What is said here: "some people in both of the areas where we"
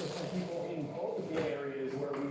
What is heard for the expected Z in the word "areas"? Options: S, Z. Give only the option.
Z